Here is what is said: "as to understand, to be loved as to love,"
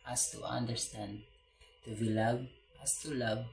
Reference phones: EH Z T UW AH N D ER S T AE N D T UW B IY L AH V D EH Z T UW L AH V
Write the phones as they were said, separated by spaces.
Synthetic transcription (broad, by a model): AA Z T UW AH N D ER S T AE N D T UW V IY L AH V EH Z T UW L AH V